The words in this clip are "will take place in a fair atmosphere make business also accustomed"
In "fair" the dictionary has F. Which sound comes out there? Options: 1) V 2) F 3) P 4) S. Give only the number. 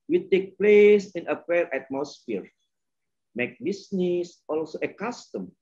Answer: 3